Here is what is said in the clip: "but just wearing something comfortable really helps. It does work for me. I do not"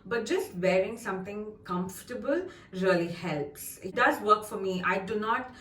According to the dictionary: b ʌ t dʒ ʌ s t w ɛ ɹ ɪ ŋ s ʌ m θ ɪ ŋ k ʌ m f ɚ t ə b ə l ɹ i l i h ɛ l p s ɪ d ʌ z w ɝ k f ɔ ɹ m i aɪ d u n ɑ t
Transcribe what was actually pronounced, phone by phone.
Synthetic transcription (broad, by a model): b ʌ t dʒ ʌ s t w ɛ ɹ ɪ ŋ s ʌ m t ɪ ŋ k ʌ m f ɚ t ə b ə l ɹ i l i h ɛ l p s ɪ d ʌ z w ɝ k f ɔ ɹ m i aɪ d u n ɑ t